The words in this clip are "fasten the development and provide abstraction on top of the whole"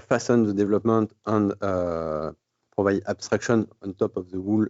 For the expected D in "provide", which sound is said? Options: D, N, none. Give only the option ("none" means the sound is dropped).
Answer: none